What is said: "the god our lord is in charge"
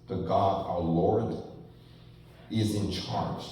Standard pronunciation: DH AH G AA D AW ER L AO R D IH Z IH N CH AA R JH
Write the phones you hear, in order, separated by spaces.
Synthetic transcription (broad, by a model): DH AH G AA D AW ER L AO R D IH Z IH N CH AA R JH